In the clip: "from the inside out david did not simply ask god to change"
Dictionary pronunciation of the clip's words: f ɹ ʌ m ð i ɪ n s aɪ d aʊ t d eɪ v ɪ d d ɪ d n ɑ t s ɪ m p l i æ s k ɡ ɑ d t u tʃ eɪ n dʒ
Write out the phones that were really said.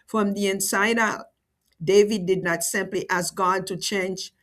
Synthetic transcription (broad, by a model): f ɹ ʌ m ð i ɪ n s aɪ d aʊ t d eɪ v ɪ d d ɪ d n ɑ t s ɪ m p l i æ s k ɡ ɑ d t u tʃ eɪ n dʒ